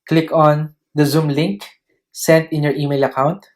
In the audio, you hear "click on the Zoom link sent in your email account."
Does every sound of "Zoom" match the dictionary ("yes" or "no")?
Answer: yes